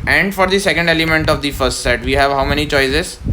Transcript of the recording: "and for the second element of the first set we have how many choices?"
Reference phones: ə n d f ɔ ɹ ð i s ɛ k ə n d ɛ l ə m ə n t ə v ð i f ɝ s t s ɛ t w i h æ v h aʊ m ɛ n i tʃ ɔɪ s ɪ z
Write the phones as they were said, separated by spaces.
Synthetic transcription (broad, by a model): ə n d f ɔ ɹ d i s ɛ k ə n d ɛ l ə m ə n t ə v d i f ɝ s t s ɛ t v i h æ v h aʊ m ɛ n i tʃ ɔɪ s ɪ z